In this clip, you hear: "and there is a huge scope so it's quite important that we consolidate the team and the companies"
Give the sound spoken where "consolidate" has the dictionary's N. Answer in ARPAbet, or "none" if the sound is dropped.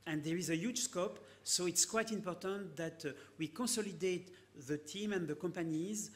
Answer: none